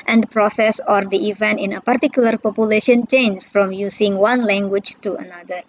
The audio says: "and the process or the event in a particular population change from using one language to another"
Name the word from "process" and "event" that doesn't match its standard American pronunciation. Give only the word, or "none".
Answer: none